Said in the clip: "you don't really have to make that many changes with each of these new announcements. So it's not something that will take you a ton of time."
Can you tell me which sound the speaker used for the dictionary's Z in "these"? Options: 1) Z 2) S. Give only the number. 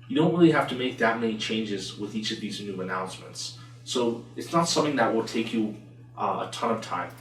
1